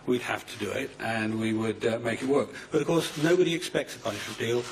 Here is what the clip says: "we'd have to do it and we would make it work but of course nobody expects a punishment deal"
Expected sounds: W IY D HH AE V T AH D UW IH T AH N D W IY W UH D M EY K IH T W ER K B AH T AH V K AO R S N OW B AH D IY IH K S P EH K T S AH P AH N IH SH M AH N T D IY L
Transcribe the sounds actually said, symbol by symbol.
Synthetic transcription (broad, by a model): W IY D HH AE F T AH D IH IH T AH N W IY W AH D M EY K IH T W ER K B AH T AH V K AO R S N OW B AH D IY IH K S P EH K T S AH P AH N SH AH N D IY L